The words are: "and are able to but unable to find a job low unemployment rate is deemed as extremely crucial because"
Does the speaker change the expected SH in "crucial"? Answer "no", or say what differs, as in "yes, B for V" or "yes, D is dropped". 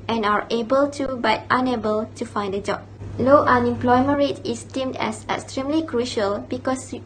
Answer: no